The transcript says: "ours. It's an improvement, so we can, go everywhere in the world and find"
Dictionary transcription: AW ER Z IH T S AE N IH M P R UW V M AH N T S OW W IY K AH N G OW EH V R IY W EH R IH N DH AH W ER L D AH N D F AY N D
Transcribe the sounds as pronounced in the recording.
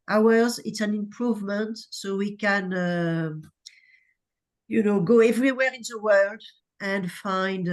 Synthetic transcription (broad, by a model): AW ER Z IH T S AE N IH M P R UW V M AH N T S OW W IY K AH N G OW EH V R IY W EH R IH N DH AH W ER L D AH N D F AY N D